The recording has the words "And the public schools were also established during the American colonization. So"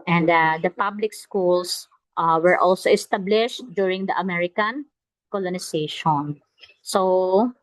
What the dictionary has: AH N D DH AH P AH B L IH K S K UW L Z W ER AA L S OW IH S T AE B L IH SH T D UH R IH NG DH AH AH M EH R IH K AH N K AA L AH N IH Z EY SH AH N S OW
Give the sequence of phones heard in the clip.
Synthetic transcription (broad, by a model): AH N D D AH P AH B L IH K S K UW L S W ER AA L S OW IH S T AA B L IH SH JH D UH R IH NG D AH AH M EH R IH K AH N K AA L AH N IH S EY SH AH N S OW